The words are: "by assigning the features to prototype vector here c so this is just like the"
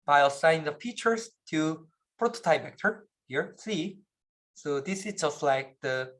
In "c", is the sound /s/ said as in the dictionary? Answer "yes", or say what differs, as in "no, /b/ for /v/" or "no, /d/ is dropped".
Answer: yes